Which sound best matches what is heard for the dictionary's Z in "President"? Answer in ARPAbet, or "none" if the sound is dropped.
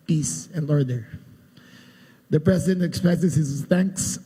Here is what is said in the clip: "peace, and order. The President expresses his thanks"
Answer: S